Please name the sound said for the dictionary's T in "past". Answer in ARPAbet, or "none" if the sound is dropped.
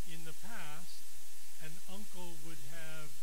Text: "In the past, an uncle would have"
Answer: T